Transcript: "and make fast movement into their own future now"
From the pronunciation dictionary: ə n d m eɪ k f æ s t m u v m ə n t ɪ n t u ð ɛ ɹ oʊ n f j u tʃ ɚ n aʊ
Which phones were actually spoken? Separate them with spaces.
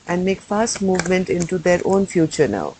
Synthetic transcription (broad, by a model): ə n d m eɪ k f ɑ s t m u v m ə n t ɪ n t u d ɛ ɹ oʊ n f j u tʃ ɚ n aʊ